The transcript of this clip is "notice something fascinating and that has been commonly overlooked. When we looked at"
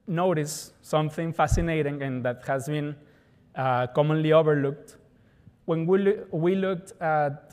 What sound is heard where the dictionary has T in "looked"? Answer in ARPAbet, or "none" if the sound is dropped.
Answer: T